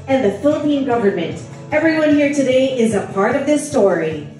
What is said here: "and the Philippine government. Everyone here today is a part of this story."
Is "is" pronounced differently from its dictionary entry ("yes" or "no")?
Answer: no